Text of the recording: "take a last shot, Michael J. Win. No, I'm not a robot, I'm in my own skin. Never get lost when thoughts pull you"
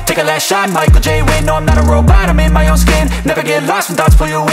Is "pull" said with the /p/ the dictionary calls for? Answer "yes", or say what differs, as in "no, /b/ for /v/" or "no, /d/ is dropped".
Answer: no, /f/ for /p/